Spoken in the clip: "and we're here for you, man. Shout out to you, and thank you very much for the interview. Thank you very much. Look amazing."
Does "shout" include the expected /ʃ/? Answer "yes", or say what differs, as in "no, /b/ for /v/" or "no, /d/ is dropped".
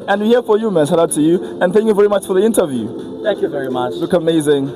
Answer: no, /s/ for /ʃ/